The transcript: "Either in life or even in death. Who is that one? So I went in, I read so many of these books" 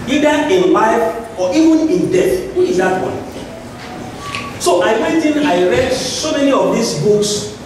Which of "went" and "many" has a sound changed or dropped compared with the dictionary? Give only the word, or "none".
went